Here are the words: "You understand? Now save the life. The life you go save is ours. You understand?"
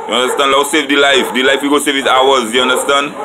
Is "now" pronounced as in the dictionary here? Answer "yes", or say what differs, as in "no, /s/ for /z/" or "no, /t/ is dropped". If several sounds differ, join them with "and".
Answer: no, /l/ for /n/